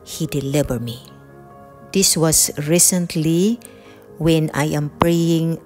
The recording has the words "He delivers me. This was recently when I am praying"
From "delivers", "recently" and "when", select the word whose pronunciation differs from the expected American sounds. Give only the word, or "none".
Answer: delivers